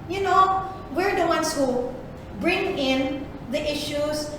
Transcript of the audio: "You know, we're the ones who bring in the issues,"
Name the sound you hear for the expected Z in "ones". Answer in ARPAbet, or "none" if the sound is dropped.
S